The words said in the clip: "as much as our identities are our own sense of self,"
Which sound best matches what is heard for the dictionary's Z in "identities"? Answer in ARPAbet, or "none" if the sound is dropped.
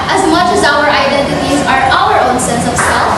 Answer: Z